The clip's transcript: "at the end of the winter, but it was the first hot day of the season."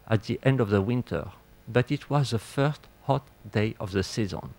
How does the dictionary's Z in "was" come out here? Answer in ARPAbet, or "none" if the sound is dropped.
Z